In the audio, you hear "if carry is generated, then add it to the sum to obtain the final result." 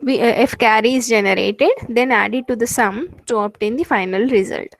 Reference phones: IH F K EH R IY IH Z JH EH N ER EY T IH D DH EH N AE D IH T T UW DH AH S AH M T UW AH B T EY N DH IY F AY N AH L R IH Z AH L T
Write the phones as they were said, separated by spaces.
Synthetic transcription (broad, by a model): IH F K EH R IY IH Z JH EH N ER EY T IH D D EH N AE D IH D T UW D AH S AH M T UW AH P T EY N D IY F AY N AH L R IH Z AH L T